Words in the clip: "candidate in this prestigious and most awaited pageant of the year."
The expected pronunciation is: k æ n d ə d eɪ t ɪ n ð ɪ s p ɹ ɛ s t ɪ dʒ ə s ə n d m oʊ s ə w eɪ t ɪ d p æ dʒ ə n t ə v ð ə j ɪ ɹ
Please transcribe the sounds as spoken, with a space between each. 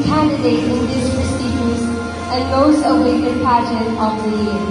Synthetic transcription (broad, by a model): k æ n d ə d eɪ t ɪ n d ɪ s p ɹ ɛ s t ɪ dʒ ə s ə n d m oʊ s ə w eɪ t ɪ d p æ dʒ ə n ə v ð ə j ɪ